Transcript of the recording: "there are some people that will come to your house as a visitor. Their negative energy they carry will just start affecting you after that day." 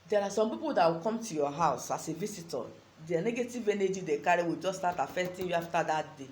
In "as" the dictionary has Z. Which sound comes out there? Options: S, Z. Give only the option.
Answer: S